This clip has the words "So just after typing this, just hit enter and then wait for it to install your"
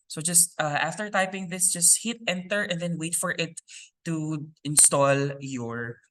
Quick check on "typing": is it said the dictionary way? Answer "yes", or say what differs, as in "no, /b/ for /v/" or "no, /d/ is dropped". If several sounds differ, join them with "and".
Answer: yes